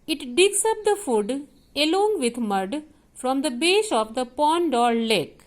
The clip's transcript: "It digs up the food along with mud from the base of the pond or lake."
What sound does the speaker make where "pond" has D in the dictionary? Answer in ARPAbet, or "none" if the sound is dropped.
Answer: D